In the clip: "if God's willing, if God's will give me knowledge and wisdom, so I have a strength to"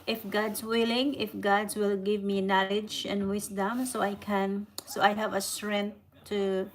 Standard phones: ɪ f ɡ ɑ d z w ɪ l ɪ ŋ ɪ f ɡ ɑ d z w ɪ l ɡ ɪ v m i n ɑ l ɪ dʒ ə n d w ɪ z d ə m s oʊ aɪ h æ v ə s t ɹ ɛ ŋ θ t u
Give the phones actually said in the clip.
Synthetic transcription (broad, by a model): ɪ f ɡ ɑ d s w ɪ l ɪ ŋ ɪ f ɡ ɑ d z w ɪ l ɡ ɪ v m i n ɑ l ɪ dʒ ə n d w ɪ s d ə m s oʊ aɪ h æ v ə s t ɹ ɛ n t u